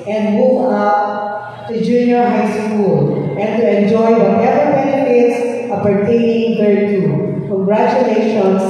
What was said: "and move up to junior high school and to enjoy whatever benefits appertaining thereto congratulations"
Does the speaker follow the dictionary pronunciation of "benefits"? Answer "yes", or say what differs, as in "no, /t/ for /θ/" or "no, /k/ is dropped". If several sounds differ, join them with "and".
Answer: no, /f/ is dropped